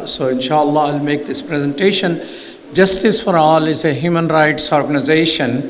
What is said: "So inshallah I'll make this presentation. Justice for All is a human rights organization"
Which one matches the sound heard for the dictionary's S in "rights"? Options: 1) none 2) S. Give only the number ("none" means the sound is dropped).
2